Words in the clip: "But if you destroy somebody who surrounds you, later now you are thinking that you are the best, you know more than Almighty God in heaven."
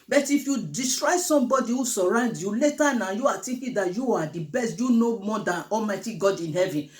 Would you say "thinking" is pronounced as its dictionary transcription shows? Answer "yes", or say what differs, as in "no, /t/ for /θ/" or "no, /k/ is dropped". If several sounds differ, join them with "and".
no, /t/ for /θ/